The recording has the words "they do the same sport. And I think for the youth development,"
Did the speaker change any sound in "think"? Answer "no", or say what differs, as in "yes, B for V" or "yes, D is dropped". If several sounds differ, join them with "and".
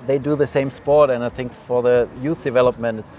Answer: no